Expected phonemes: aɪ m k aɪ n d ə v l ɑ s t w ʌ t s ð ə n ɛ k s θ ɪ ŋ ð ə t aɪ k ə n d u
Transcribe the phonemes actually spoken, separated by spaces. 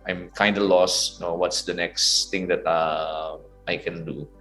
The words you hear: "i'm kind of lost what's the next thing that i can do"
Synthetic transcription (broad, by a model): aɪ m k aɪ n d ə l ɑ s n w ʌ t s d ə n ɛ k s t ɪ ŋ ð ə t aɪ k ə n d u